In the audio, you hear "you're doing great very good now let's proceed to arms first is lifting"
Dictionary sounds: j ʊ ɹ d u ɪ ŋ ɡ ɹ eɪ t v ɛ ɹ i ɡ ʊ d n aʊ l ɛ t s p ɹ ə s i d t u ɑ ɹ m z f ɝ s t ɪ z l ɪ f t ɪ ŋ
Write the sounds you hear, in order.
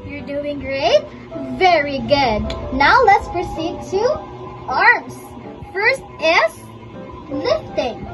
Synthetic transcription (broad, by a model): j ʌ ɹ d u ɪ ŋ ɡ ɹ eɪ t v ɛ ɹ i ɡ ʊ d n aʊ l ɛ t s p ɹ ə s i d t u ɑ ɹ m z f ɝ s t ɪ s l ɪ f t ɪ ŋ